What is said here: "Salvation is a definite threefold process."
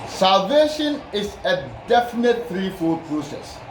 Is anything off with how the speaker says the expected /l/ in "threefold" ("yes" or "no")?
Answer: yes